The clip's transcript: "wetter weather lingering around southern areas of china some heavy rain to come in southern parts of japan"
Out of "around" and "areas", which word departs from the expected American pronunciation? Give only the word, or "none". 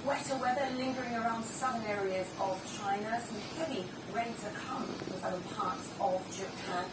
none